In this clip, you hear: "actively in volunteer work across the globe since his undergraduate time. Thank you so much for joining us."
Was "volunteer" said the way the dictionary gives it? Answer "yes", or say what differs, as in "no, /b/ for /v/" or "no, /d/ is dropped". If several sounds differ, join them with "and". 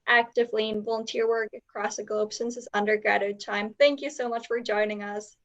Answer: yes